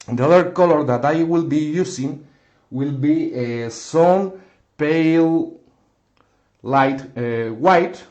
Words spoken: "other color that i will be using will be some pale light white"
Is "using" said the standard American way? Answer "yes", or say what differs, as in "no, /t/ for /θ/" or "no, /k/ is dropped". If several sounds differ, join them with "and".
no, /s/ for /z/